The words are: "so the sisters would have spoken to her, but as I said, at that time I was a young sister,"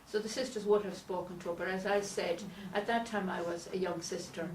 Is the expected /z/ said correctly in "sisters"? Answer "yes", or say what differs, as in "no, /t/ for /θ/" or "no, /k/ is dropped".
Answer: yes